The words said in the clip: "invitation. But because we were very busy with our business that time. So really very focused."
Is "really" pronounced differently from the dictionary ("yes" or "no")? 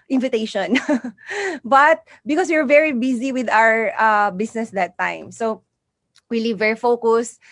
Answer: yes